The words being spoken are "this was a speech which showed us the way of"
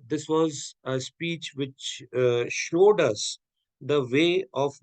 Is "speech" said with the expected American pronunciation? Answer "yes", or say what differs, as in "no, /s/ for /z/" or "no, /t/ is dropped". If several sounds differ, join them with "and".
yes